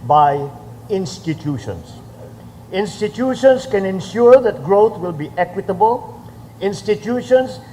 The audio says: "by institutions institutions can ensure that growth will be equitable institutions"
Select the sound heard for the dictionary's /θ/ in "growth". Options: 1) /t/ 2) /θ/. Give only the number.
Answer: 1